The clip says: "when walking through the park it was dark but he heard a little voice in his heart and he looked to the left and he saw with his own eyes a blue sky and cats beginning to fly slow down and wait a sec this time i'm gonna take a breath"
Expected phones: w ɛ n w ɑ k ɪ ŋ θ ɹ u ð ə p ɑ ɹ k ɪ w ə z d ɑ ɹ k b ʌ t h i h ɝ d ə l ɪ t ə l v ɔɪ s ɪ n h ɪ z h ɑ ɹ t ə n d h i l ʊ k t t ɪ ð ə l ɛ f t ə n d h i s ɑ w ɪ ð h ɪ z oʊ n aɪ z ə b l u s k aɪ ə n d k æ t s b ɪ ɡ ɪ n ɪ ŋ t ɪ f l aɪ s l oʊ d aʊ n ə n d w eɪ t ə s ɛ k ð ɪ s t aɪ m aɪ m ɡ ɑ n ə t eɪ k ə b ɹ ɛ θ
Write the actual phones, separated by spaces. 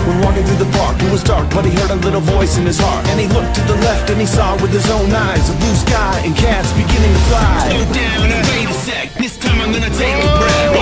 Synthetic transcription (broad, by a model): w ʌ n w ɑ k ɪ ŋ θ ɹ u ð ə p ɑ ɹ k ɪ w ə z d ɑ ɹ k b ʌ t h i h ɝ d ə l ɪ t l v ɔɪ s ɪ n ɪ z h ɑ ɹ t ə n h i l ʊ k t t ɪ ð ə l ɛ f t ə n i s ɑ w ɪ ð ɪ z oʊ n aɪ z ə b l u s k aɪ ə n k æ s b ɪ ɡ ɪ n ɪ ŋ t ɪ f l aɪ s oʊ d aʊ ə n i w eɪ ə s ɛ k ð ɪ s t aɪ m aɪ m ɡ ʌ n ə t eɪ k ə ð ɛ